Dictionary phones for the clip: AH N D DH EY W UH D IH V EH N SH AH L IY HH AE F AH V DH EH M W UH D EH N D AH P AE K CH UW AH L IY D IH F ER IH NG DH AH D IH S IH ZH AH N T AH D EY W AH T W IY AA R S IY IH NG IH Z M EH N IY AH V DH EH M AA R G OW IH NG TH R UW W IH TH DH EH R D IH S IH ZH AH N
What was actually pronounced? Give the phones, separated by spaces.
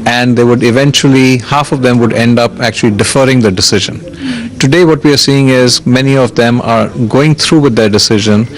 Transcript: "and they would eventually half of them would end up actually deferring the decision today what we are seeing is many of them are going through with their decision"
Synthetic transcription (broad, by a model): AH N D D EY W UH D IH V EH N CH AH L IY HH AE F AH V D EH M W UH D EH N D AH P AE K CH UW AH L IY D IH F ER IH NG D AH D IH S IH ZH AH N T AH D EY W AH T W IY AA R S IY IH NG IH Z M EH N IY AH V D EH M AA R G OW IH NG T R UW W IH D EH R D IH S IH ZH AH N